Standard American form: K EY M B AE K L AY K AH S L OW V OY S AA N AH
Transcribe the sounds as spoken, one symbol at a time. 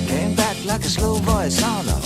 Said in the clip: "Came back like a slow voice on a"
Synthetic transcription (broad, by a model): K EY M B AE K L AY K AH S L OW B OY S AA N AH